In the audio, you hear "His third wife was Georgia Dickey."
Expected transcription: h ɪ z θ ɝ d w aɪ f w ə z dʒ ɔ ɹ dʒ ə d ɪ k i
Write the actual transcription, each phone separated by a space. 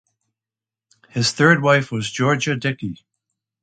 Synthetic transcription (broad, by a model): h ɪ z θ ɝ d w aɪ f w ə z dʒ ɔ ɹ dʒ ə d ɪ k i